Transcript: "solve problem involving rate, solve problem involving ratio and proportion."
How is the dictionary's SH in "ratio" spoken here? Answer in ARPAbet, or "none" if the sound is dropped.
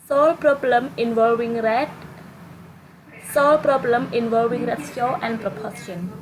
S